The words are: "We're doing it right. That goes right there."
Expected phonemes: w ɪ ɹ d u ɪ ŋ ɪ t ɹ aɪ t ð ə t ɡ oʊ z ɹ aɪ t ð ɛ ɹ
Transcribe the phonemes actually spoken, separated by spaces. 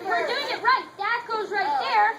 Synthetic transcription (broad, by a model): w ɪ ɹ d u ɪ ŋ ɪ t ɹ aɪ t ð ə t ɡ oʊ z ɹ aɪ t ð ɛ ɹ